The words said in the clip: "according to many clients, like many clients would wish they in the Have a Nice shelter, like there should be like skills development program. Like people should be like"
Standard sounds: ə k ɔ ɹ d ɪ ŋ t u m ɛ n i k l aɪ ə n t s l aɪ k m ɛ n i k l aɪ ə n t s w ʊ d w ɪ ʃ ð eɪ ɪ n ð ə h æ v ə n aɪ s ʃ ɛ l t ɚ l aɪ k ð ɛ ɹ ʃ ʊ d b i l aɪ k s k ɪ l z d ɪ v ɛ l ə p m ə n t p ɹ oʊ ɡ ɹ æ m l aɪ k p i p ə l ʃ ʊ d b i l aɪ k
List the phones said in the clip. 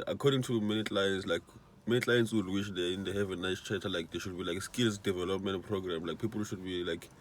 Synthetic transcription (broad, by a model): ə k ɔ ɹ d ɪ ŋ t u m ɛ n i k l aɪ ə n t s l aɪ k m ɛ n i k l aɪ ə n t s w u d w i ʃ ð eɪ ɪ n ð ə h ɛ v ə n aɪ s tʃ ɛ t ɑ l aɪ k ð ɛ ʃ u d b i l aɪ k s k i l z d ɪ v ɛ l ə p m ə n t p ɹ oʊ ɡ ɹ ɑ m l aɪ k p i p l ʃ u d b i l aɪ k